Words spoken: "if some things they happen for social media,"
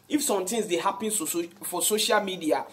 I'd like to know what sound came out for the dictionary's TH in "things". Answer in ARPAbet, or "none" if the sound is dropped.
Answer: T